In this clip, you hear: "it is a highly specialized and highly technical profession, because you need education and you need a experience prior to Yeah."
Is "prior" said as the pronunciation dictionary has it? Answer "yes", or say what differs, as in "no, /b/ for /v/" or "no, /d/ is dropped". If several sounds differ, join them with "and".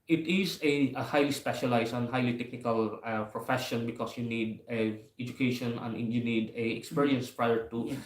yes